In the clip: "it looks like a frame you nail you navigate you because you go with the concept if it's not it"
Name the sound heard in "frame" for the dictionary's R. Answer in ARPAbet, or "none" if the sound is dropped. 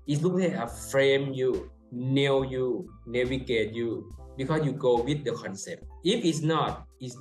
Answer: R